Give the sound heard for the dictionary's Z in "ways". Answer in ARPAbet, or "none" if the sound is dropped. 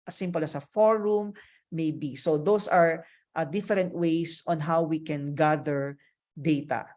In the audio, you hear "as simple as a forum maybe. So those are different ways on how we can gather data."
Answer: S